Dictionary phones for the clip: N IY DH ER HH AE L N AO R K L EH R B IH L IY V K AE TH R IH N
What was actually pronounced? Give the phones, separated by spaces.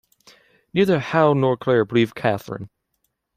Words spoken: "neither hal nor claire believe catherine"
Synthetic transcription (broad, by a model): N IY DH ER HH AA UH N AO R K L EH R B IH L IY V K AE TH R IH N